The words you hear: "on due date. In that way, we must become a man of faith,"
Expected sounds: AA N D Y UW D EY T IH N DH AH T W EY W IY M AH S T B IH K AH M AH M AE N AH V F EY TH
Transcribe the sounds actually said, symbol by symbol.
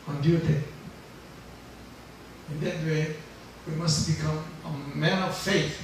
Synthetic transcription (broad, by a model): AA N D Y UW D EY IH N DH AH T W EY W IY M AH S T B IH K AH M AH M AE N AH V F EY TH